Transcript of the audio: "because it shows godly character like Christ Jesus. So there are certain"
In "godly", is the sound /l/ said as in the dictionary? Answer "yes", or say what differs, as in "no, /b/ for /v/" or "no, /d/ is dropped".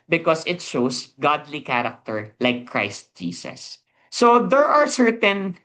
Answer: yes